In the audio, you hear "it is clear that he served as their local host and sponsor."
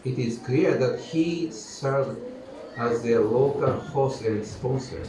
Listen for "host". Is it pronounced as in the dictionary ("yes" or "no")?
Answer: no